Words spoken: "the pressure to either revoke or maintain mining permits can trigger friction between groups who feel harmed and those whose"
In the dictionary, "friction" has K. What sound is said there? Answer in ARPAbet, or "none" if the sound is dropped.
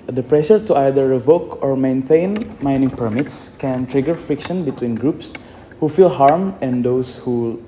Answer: K